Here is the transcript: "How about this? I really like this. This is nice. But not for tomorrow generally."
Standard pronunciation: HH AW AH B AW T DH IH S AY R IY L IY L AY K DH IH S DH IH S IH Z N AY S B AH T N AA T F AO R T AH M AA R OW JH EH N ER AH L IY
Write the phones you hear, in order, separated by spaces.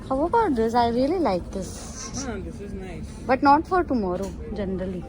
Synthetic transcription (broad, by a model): HH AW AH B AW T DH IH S AY R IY IY L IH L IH IH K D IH S B AH T N AA T F AO R T AH M AA R OW JH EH N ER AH L IY